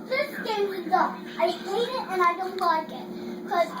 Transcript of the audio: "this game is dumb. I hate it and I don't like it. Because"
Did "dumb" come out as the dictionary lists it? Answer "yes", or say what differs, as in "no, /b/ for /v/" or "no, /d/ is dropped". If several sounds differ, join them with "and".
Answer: no, /m/ is dropped